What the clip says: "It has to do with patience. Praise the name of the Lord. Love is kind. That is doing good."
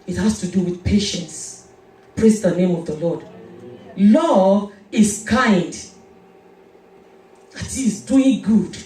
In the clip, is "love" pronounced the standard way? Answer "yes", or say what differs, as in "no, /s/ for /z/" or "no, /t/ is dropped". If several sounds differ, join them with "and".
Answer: no, /v/ is dropped